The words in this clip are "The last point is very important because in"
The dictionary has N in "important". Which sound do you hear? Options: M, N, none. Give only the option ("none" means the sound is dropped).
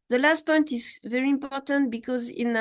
N